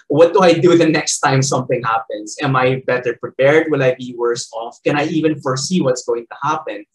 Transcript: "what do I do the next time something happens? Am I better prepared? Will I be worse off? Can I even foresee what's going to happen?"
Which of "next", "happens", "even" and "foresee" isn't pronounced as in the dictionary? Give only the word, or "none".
happens